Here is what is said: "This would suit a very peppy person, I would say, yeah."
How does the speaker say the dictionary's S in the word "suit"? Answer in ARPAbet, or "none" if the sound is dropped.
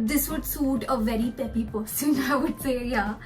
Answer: S